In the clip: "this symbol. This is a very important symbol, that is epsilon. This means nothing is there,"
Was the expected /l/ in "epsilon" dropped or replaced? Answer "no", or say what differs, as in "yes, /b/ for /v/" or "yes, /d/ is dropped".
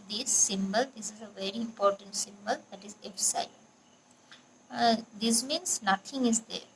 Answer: yes, /l/ is dropped